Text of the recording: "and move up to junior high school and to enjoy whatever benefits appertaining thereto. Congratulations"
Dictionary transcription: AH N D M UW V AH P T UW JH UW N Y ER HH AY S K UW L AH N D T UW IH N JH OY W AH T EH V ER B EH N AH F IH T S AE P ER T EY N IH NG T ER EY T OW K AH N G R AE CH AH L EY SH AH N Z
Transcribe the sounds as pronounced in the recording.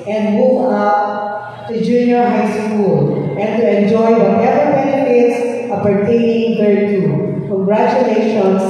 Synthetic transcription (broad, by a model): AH N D M UW V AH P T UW JH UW N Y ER HH AY S K UW L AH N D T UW IH N JH OY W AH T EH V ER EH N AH IH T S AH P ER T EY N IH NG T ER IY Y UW K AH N G R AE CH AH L EY SH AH N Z